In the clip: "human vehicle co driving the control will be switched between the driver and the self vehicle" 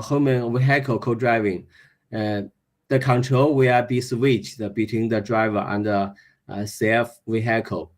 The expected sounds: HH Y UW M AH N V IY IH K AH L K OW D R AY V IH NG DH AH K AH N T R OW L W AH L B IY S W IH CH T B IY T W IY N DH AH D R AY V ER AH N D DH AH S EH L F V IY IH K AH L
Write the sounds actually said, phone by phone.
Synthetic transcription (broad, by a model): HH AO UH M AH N W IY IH K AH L K OW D R AY V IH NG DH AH K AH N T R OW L W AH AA B IY S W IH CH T B IY T W IY N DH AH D R AY V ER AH N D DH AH S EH F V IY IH K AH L